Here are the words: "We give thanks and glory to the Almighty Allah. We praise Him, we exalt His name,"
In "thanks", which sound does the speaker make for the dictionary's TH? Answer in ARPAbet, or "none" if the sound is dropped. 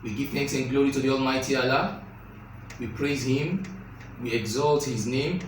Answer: TH